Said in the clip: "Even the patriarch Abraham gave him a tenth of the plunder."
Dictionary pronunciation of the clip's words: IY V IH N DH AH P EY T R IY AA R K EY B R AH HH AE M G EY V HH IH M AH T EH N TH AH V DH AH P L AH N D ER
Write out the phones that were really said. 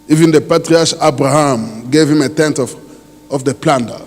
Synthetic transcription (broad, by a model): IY V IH N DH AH P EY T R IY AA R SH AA B R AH HH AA M G EY V HH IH M AH T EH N F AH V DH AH P L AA N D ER